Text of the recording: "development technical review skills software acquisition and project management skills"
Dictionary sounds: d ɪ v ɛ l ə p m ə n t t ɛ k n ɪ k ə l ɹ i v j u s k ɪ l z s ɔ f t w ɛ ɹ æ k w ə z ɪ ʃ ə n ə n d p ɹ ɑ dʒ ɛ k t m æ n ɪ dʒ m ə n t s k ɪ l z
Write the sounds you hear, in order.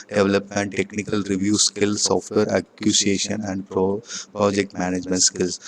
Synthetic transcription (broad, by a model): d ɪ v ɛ l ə p m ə n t t ɛ k n ɪ k ə l ɹ i v j u s k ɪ l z s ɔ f t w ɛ ɹ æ k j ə s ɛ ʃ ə n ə n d p ɹ ɑ dʒ ɛ k t m æ n ɪ dʒ m ə n t s k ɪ l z